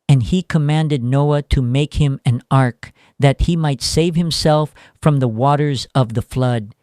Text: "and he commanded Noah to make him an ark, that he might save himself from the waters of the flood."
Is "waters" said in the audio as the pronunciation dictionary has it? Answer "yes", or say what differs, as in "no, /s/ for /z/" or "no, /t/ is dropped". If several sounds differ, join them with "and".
yes